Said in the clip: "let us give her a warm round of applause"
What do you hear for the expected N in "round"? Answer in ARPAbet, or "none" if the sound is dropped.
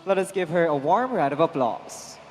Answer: none